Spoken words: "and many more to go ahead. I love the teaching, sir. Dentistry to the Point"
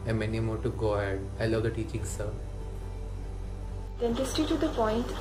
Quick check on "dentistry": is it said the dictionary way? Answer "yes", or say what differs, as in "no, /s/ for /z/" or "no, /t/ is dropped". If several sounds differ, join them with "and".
no, /ɹ/ is dropped